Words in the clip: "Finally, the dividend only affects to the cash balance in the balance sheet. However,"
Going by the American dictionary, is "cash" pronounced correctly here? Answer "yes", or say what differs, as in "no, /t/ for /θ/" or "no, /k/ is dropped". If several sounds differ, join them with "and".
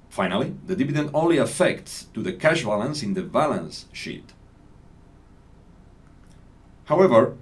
yes